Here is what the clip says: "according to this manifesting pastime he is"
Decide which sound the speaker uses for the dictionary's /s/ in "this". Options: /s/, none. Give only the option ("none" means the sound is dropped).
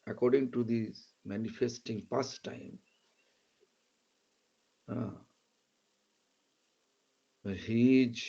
none